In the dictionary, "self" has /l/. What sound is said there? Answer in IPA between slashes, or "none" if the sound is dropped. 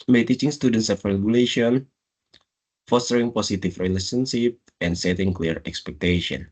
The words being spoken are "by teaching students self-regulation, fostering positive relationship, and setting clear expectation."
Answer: none